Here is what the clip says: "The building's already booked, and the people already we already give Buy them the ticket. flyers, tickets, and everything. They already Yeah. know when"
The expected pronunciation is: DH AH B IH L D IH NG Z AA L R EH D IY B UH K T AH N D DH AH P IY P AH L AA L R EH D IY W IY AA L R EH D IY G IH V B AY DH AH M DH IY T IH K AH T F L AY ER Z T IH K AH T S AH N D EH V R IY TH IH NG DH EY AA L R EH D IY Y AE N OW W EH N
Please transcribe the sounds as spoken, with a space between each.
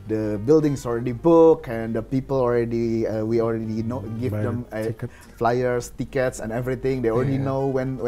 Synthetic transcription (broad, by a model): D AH B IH L D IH NG S AA L R EH D IY B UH K AH N D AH P IY P AH L AA L R EH D IY W IY AA L R EH D IY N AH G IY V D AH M F L AY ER S T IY K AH T S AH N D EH V R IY T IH NG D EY AA L R EH D IY N OW W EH N